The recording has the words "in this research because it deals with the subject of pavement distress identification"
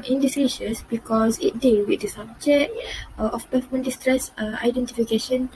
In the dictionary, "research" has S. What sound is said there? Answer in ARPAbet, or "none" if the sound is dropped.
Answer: SH